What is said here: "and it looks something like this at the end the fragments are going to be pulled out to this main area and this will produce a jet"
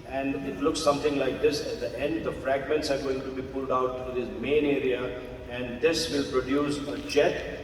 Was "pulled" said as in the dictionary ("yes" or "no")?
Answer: yes